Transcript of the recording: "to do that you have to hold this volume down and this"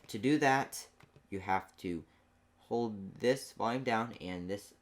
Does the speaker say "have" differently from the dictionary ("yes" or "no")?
yes